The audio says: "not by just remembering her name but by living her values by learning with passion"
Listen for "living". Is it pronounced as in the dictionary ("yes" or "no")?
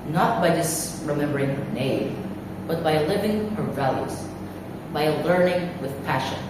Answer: yes